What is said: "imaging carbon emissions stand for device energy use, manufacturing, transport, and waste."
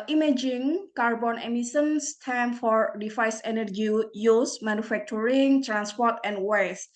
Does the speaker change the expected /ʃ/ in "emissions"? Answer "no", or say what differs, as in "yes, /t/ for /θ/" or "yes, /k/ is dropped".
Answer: yes, /s/ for /ʃ/